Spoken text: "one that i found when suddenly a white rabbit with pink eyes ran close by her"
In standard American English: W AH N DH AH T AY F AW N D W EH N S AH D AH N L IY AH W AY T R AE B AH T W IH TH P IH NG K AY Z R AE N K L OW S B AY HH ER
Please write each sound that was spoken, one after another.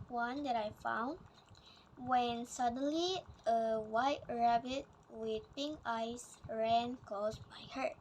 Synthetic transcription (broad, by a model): W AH N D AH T AY F AW N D W EH N S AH D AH N L IY AH W AY T R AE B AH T W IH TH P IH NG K AY S R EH N K OW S B AY HH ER